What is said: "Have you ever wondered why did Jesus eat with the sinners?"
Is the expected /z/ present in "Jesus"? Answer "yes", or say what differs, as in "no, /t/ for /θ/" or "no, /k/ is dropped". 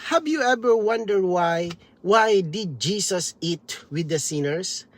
no, /s/ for /z/